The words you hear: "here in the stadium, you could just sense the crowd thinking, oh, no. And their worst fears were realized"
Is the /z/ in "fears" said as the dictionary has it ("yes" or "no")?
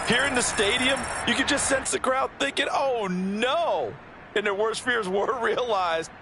yes